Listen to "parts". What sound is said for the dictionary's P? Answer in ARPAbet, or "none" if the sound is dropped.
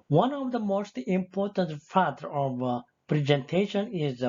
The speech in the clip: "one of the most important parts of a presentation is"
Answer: F